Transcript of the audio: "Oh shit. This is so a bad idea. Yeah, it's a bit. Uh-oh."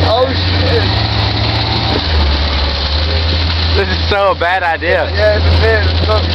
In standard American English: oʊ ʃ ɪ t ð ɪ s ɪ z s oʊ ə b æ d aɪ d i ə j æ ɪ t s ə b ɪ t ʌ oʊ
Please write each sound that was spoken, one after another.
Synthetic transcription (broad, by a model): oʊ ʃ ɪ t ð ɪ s ɪ z s oʊ ə b æ d aɪ d i ə j æ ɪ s ə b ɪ ʌ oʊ